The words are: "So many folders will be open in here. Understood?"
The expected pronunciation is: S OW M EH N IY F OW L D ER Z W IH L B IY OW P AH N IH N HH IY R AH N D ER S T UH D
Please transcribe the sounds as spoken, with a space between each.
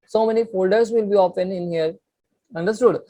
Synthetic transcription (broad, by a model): S OW M EH N IY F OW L D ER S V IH L B IY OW F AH N IH N HH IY R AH N D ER S T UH D